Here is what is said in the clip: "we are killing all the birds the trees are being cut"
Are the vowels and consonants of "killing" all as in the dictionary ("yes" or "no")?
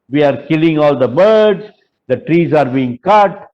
yes